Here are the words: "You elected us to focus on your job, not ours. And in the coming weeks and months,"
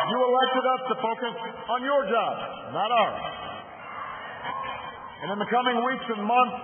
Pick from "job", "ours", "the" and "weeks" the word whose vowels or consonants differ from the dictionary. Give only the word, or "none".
ours